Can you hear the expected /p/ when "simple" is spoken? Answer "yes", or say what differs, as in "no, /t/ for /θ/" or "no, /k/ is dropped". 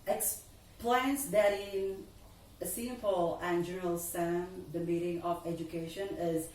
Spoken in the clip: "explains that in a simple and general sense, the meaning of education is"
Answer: no, /f/ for /p/